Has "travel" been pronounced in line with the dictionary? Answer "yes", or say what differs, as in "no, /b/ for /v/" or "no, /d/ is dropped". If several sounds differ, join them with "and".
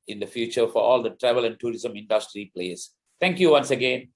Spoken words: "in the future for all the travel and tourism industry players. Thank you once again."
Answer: yes